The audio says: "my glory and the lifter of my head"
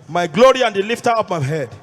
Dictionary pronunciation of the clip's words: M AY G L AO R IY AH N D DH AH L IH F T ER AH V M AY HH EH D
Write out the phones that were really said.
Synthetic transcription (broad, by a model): M AY G L AO R IY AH N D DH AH L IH F T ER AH P M AY HH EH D